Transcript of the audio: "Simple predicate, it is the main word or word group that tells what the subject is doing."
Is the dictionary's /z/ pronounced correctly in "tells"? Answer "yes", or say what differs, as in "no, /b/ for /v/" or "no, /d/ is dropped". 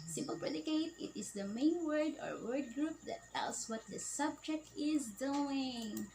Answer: no, /s/ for /z/